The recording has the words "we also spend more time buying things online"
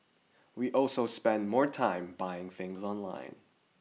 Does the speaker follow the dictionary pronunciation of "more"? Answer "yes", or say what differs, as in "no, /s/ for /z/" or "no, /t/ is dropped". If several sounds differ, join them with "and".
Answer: yes